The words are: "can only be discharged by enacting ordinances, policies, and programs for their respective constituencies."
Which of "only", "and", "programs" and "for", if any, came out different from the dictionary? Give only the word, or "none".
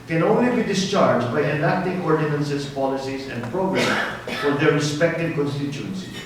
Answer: programs